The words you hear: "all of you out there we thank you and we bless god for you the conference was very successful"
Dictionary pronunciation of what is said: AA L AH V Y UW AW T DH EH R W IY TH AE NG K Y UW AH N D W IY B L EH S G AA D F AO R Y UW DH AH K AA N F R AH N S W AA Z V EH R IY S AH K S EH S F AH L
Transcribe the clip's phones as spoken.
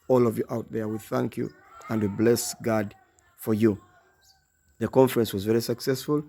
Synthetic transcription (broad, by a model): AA L AH V Y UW AW T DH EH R W IY TH AE NG K Y UW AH N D W IY B L EH S G AA D F AO R Y UW DH AH K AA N F R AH N S W AA Z V EH R IY S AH K S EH S F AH L